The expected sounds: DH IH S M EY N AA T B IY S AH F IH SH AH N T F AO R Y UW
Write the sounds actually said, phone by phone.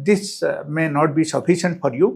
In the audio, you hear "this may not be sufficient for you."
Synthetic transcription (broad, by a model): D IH S M EY N AA T B IY S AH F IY S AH N T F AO R Y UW